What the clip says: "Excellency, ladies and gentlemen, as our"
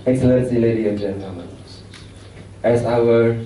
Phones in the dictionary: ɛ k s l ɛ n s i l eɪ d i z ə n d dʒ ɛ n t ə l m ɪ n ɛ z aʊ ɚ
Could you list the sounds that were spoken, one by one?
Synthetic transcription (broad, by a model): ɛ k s l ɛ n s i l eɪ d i ə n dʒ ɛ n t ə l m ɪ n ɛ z aʊ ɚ